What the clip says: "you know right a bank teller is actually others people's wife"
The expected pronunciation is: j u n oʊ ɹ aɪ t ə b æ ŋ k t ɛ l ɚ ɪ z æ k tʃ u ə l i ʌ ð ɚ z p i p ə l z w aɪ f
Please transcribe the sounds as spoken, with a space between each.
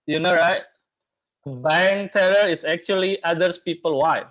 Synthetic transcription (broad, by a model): j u n oʊ ɹ aɪ t b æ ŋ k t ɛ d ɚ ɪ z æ k tʃ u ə l i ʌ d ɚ s p i p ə l w aɪ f